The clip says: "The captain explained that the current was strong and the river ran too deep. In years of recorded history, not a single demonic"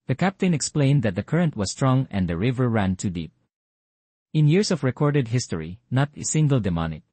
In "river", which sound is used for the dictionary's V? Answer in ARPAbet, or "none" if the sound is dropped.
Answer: V